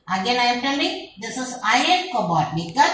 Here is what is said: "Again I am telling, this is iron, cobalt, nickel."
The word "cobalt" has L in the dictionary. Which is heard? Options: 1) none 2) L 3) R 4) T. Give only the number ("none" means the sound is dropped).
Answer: 1